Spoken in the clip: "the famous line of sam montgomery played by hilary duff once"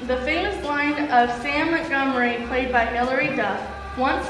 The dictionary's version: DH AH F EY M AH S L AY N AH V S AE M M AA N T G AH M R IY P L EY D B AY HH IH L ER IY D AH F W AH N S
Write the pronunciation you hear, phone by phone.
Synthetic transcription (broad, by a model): DH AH F EY M AH S L AY N AH V S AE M M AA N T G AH M R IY P L EY D B AY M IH L ER IY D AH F W AH N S